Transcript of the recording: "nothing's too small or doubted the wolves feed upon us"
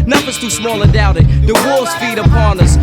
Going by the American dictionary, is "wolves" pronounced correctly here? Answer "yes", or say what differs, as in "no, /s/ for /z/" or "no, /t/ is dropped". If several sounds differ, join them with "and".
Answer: no, /v/ is dropped